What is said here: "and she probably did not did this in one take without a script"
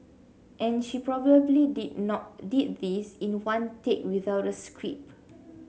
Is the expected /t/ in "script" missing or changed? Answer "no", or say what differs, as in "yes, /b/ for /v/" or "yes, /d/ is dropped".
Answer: yes, /t/ is dropped